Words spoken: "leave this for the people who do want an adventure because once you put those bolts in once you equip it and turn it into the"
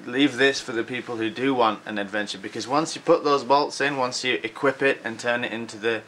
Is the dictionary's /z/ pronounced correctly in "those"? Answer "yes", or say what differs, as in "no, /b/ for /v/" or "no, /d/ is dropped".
yes